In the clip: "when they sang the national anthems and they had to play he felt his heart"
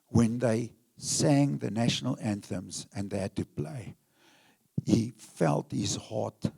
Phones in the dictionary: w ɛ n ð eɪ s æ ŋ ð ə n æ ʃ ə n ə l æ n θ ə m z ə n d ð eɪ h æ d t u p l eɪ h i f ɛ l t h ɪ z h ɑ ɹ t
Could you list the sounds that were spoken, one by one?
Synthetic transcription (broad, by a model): w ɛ n ð eɪ s æ ŋ ð ə n æ ʃ ə n ə l æ n θ ə m z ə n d ð eɪ h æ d t u p l eɪ h i f ɛ l t h ɪ z h ɑ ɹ t